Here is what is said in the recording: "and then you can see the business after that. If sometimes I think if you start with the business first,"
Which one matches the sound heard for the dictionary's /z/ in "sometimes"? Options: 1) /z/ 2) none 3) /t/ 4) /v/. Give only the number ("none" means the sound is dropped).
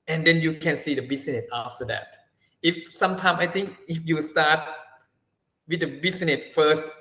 2